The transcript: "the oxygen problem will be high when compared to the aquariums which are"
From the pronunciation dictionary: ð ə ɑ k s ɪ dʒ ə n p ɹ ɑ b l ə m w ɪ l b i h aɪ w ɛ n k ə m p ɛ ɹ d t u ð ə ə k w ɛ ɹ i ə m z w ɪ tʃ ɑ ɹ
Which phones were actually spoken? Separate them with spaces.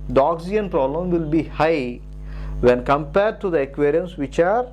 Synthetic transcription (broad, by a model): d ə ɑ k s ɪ ə n p ɹ ɑ b l ə m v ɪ l b i h aɪ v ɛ n k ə m p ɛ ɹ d t u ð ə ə k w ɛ ɹ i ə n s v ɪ tʃ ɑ ɹ